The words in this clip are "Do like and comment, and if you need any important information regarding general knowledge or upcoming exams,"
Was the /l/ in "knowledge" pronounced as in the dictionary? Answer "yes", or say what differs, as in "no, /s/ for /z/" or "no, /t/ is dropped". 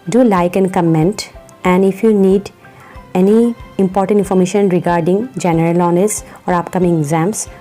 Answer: no, /n/ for /l/